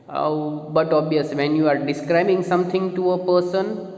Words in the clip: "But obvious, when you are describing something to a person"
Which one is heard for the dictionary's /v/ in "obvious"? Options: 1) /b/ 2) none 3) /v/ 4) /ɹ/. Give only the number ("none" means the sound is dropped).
2